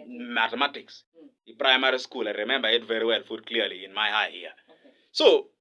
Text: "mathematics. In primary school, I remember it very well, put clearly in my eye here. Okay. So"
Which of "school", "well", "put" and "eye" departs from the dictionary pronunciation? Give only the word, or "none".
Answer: put